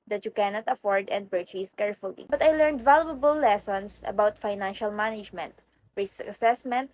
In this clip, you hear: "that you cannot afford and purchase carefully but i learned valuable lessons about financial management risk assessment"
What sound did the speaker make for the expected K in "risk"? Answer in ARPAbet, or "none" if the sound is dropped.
none